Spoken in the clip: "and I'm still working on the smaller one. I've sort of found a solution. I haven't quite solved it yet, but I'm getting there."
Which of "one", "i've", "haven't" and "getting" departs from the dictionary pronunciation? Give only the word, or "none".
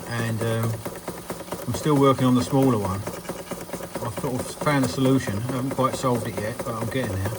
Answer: none